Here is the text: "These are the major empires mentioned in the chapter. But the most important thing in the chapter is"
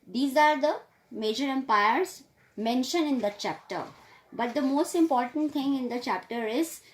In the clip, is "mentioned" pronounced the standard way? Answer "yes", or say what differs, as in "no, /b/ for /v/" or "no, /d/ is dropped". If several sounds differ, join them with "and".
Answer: no, /d/ is dropped